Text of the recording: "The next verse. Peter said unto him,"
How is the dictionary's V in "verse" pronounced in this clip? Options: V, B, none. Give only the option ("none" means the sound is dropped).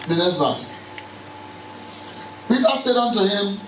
B